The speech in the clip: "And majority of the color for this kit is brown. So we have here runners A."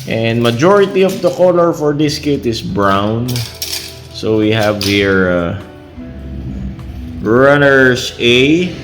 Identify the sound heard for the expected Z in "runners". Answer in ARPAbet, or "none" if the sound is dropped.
S